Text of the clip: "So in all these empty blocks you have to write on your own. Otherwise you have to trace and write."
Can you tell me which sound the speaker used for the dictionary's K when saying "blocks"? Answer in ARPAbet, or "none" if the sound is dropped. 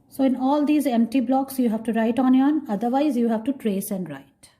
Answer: K